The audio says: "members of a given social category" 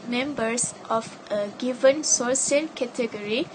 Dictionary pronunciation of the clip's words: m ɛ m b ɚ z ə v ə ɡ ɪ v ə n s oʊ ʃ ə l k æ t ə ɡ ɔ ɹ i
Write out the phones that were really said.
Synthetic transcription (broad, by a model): m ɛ m b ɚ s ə f ə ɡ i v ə n s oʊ s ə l k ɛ t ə ɡ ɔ ɹ i